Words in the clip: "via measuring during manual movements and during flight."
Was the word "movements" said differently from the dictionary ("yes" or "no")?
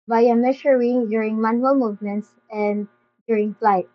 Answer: no